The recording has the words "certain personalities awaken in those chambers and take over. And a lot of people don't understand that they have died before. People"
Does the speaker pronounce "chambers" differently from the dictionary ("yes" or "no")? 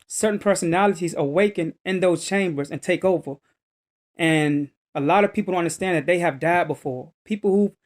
no